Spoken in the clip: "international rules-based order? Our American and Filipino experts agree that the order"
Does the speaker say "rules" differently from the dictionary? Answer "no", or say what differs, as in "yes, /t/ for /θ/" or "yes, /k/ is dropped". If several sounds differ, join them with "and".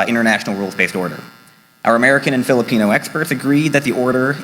no